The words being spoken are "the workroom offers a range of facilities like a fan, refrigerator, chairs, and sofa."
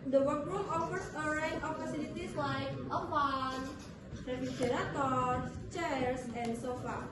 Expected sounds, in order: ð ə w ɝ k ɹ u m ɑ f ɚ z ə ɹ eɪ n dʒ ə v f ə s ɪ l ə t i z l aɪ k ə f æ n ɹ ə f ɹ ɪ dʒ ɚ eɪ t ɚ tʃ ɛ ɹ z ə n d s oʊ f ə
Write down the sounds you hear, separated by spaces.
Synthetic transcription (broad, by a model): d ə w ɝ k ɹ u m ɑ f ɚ s ə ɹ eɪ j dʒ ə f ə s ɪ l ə t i s l aɪ k ə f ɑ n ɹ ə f ɪ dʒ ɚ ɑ t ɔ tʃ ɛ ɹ s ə n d s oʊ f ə